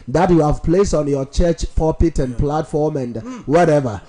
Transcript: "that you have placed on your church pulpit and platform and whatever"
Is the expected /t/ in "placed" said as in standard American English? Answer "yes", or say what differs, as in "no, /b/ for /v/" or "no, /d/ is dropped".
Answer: no, /t/ is dropped